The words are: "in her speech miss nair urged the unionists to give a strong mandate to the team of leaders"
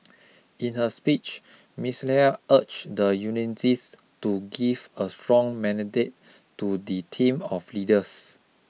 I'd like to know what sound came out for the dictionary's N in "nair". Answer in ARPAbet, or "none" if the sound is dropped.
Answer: L